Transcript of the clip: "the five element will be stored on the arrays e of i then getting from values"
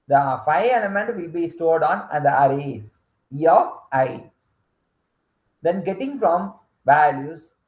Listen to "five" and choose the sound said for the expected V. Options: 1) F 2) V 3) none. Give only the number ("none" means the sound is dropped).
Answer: 3